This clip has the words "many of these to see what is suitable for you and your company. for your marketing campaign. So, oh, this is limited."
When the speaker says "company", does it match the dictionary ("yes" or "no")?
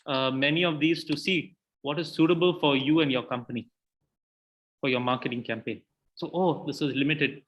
yes